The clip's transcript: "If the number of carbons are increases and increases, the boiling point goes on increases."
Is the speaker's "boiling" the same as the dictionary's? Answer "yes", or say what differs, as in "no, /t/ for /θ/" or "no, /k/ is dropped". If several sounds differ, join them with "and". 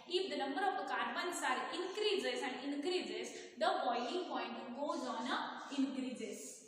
no, /n/ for /l/